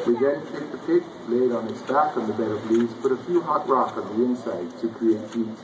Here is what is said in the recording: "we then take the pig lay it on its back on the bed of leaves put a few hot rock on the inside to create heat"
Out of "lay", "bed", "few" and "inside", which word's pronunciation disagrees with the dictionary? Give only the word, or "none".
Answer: none